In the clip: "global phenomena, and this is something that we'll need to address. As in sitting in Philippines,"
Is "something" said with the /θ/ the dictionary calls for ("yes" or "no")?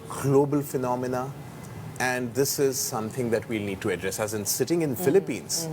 no